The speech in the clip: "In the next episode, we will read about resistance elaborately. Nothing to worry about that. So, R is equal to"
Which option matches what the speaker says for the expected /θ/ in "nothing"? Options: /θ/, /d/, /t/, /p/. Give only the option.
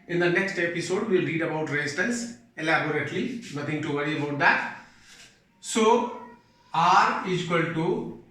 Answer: /t/